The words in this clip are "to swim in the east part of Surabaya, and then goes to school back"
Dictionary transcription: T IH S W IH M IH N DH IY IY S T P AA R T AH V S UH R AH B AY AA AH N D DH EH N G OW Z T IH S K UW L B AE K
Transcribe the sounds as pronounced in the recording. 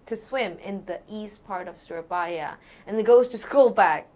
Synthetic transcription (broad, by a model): T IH S W IH M IH N DH IY IY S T P AA R T AH V S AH R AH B AY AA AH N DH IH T G OW Z T IH S K UW L B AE K